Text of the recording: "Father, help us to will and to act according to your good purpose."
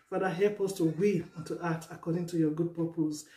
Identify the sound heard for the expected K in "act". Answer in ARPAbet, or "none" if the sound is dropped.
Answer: none